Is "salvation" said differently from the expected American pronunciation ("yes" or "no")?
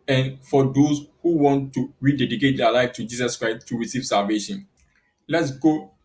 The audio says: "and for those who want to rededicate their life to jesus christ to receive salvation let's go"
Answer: no